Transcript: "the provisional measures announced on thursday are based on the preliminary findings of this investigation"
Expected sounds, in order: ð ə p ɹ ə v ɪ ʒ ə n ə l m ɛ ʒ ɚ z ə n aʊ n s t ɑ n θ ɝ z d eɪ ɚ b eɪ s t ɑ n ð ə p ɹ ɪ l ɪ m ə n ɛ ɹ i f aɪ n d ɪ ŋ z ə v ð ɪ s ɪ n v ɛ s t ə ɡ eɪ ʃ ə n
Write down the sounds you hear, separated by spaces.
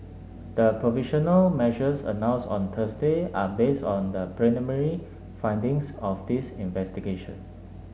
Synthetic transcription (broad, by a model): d ə p ɹ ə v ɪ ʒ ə n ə l m ɛ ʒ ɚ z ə n aʊ n s ɑ n t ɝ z d eɪ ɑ b eɪ s t ɑ n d ə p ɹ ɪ n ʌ m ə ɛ ɹ i f aɪ n d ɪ ŋ s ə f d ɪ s ɪ n v ɛ s t ə ɡ eɪ ʃ ə n